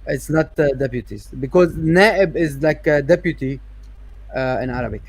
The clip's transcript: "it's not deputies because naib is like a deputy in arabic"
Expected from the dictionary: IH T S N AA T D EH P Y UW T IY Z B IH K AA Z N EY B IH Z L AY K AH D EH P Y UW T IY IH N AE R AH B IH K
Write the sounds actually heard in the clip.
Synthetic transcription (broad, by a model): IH T S N AA T D EH P Y UW T IY Z B IH K AA Z N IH B IH Z L AY K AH D EH P Y UW T IY IH N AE R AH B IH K